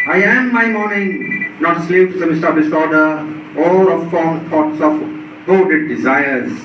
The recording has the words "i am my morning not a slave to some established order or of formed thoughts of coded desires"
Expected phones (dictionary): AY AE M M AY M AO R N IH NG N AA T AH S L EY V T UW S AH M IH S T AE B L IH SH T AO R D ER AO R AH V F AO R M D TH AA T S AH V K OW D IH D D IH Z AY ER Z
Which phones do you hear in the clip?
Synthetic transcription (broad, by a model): AY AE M M AY M AO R N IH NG N AA T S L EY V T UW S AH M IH S T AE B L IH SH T AO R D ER AO L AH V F AO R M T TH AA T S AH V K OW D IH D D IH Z AY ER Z